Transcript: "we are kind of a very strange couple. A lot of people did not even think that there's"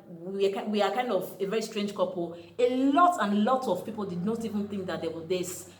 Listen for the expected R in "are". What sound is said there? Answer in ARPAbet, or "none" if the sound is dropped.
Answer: W